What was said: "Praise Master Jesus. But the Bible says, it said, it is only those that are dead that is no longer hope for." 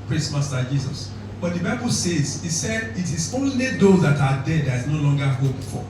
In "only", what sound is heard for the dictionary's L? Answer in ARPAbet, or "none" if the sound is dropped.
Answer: L